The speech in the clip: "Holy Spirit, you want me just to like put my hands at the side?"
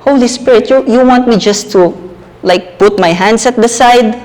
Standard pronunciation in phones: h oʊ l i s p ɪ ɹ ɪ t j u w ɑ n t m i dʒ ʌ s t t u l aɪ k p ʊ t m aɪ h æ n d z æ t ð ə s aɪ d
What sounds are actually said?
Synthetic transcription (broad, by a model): h oʊ l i s p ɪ ɹ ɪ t j u w ɑ n t m i dʒ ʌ s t t u l aɪ k p ʊ t m aɪ h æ n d s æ t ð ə s aɪ d